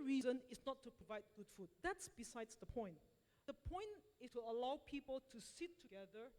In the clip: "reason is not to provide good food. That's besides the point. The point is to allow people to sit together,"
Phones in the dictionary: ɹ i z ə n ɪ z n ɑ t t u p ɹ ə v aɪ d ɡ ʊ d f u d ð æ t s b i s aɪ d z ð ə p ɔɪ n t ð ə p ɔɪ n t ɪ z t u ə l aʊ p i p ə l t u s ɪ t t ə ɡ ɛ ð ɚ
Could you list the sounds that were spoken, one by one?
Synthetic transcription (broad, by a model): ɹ i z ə n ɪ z n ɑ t t u p ɹ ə v aɪ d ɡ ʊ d f u d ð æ t s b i s aɪ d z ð ə p ɔɪ n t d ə p ɔɪ n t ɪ s t u ə l aʊ p i p ə l t u s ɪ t t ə ɡ ɛ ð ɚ